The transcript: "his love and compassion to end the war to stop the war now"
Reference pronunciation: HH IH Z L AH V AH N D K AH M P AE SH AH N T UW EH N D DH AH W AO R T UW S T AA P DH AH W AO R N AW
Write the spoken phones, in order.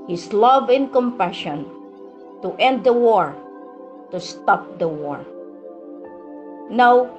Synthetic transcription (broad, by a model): HH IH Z L AH V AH N K AH M P AE SH AH N T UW EH N D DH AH W AO R T UW S T AA P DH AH W AO R N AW